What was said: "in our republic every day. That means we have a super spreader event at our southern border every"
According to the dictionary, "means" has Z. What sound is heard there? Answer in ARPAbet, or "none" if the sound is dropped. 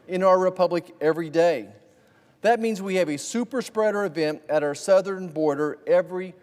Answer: Z